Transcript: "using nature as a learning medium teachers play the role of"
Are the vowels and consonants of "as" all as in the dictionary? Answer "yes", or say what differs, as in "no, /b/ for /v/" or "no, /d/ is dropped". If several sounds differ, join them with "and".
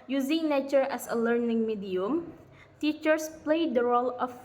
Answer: no, /s/ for /z/